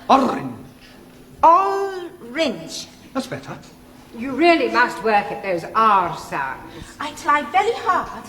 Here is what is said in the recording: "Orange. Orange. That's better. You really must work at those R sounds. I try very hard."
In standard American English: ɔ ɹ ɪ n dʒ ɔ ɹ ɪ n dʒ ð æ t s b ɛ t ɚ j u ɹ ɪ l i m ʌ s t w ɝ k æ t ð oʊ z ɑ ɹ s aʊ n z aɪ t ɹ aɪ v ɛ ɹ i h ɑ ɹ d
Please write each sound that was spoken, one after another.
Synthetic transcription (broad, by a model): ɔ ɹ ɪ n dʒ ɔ ɹ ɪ n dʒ ð æ t s b ɛ t ɚ j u ɹ ɪ l i m ʌ s t w ɝ k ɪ t ð oʊ z ɑ ɹ s aʊ n z aɪ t l aɪ v ɛ ɹ i h ɑ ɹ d